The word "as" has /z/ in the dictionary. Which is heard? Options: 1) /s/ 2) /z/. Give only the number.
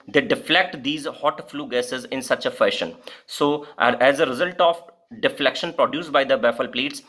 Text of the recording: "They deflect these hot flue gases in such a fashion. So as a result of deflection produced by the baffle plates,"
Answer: 2